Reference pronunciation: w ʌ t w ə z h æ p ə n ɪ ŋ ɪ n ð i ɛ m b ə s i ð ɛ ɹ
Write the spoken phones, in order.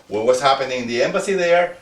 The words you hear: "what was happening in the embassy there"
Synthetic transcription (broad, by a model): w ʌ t w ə s h æ p ə n ɪ ŋ ɪ n ð i ɛ m b ə s i ð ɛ ɹ